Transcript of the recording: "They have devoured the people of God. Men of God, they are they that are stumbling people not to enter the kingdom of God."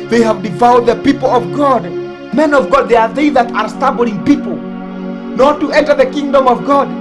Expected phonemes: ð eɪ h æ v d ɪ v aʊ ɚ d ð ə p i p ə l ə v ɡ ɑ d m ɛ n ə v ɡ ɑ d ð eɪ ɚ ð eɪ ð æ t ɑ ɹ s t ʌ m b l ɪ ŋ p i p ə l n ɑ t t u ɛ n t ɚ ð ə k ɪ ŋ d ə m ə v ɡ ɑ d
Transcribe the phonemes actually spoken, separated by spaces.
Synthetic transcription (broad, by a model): ð eɪ h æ v d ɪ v aʊ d ð ə p i p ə l ə v ɡ ɑ d m ɛ n ə v ɡ ɑ d ð eɪ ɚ ð eɪ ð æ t ɑ ɹ s t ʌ b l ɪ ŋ p i p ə l n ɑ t t u ɛ n t ɚ ð ə k ɪ ŋ d ə m ə v ɡ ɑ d